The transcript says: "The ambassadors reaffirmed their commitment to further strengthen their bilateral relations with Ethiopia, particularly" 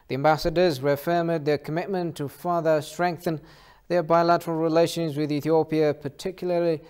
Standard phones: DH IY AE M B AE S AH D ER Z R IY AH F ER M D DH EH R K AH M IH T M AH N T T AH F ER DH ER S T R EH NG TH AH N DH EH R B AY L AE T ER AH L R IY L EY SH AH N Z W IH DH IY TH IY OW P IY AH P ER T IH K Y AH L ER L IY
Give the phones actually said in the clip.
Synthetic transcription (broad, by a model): DH IY AE M B AE S AH D ER Z R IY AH F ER M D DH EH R K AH M IH T M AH N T T AH F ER DH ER S T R EH NG TH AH N DH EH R B AY L AE T ER AH L R IY L EY SH AH N Z W IH DH IY TH IY OW P IY AH P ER T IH K Y L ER L IY